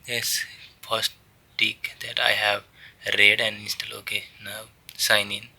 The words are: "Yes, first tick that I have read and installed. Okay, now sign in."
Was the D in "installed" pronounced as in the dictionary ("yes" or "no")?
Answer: no